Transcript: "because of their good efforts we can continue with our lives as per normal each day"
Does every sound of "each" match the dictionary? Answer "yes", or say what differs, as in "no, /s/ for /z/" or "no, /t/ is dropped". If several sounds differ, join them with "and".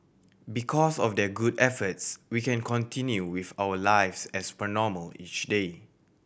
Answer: yes